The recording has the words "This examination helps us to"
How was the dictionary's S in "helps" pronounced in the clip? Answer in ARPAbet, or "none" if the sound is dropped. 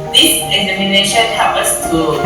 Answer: none